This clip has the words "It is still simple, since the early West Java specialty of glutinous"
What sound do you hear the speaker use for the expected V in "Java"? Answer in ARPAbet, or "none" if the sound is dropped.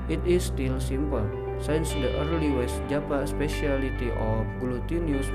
P